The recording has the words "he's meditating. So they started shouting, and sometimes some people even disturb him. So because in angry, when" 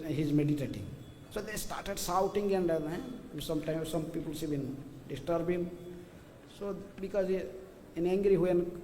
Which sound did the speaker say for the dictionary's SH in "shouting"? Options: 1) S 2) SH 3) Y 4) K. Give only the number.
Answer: 1